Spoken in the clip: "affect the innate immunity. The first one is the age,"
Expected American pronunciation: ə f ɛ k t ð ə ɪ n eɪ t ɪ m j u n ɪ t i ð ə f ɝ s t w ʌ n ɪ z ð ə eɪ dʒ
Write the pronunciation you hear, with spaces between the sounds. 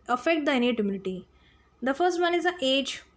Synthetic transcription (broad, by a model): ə f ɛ k t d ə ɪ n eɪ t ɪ m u l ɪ t i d ə f ɝ s t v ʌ n ɪ z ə eɪ dʒ